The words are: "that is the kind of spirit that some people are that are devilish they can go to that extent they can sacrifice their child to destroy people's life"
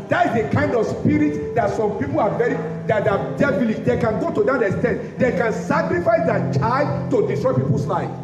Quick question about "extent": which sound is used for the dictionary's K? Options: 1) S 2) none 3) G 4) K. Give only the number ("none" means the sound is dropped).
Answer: 2